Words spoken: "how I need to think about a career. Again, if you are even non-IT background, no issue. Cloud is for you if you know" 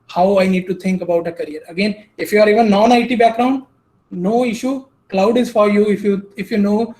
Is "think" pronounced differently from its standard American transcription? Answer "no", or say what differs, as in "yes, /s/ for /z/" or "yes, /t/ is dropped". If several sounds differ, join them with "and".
yes, /t/ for /θ/